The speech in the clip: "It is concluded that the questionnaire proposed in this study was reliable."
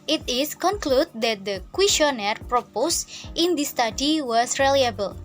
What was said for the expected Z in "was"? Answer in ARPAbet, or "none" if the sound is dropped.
S